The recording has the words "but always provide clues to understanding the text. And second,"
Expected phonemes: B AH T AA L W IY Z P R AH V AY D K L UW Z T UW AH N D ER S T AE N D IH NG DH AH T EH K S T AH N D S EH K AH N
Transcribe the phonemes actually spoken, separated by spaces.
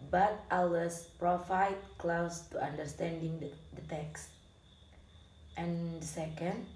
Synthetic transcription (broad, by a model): B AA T AA W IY S P R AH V AY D K L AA S T UW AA N D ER S T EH N D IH NG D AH T EH K S T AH N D S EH K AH N